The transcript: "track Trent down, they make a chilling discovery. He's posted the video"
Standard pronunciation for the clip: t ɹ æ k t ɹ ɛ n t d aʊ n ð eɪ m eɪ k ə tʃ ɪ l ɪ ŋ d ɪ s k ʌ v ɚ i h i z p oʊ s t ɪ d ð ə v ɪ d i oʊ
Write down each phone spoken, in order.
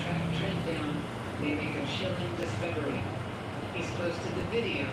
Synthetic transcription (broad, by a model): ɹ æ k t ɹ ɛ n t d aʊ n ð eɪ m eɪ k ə ʃ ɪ l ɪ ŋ d ɪ s k ʌ v ɚ i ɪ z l oʊ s t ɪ ð ə v ɪ d i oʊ